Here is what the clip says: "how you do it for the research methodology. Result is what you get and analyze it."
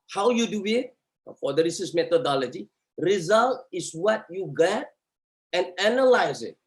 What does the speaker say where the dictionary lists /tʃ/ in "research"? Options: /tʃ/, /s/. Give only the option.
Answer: /s/